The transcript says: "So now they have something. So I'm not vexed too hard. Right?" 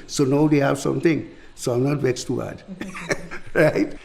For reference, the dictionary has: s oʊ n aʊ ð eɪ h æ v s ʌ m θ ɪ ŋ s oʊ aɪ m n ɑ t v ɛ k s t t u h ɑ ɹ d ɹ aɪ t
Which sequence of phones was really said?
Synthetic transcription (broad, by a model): s oʊ n aʊ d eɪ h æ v s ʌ m t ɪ ŋ s oʊ aɪ m n ɑ t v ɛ s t t u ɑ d ɹ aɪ t